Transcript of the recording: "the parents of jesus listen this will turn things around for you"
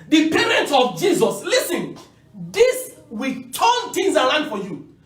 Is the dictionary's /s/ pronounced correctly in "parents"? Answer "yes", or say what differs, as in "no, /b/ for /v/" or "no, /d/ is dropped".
no, /s/ is dropped